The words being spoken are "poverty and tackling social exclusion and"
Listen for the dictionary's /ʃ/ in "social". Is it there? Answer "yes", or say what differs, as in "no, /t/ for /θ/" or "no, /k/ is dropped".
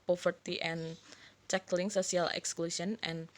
no, /s/ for /ʃ/